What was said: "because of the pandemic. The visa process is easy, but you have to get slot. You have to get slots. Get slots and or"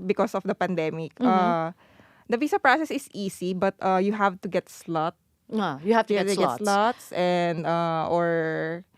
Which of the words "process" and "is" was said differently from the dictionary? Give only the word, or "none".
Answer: is